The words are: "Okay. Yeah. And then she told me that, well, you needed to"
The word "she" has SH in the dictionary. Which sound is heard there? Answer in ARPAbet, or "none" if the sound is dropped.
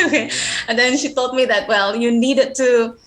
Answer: SH